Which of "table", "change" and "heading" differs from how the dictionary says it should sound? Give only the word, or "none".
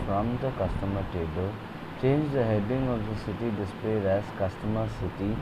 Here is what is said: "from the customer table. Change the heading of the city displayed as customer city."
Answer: none